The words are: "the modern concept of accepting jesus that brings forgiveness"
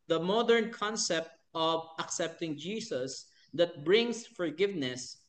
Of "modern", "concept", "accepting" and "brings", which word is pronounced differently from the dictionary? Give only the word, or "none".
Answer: brings